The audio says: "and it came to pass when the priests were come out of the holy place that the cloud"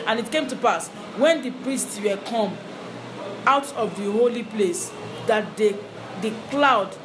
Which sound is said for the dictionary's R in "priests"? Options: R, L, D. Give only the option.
R